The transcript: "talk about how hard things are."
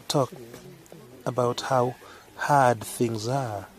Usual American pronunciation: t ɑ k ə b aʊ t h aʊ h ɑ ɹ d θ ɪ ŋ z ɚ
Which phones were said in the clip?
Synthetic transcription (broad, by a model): t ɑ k ə b aʊ t h aʊ h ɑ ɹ d θ ɪ ŋ z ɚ